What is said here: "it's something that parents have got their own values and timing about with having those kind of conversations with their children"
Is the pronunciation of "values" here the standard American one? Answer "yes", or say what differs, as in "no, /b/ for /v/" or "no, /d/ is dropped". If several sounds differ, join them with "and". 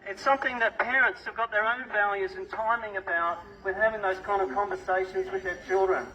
yes